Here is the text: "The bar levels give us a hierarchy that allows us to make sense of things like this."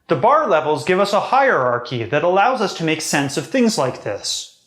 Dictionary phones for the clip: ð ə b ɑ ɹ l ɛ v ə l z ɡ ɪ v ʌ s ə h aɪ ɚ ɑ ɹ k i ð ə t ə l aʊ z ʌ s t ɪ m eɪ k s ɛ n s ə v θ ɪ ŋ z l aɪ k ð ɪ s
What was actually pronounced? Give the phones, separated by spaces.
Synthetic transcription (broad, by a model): ð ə b ɑ ɹ l ɛ v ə l z ɡ ɪ v ʌ s ə h aɪ ɚ ɑ ɹ k i ð ə t ə l aʊ z ʌ s t ɪ m eɪ k s ɛ n s ə v θ ɪ ŋ z l aɪ k ð ɪ s